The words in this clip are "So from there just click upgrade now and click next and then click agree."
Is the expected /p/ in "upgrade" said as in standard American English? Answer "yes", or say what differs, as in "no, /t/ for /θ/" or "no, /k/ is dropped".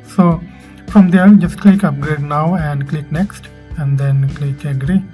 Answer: yes